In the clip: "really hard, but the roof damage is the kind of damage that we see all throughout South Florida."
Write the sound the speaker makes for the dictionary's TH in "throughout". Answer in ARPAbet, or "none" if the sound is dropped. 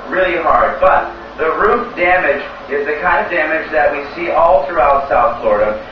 TH